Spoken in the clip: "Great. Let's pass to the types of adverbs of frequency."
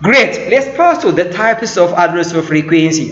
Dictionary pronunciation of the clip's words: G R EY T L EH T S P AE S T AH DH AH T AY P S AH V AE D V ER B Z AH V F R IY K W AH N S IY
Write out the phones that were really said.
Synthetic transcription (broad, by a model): G R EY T L EH T S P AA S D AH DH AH T AY P S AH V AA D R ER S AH F R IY K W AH N S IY